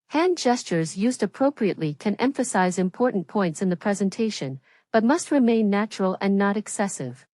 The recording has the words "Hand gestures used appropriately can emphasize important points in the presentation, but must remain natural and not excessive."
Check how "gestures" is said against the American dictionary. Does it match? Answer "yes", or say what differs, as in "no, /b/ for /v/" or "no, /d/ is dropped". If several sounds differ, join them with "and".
yes